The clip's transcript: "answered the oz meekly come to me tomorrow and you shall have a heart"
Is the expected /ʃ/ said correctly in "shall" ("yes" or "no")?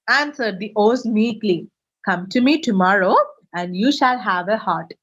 yes